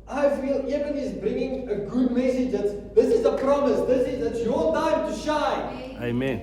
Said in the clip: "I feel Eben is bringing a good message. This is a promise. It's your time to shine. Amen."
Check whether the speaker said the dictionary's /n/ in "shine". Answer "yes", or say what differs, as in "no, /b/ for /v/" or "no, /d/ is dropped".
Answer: no, /n/ is dropped